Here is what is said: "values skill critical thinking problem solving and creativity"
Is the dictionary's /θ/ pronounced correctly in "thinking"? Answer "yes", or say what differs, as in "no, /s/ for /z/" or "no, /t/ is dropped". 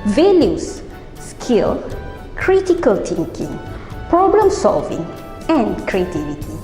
no, /t/ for /θ/